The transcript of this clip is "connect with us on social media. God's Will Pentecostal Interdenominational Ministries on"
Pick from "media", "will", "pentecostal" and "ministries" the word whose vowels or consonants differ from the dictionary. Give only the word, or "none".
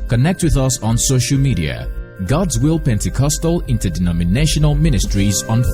none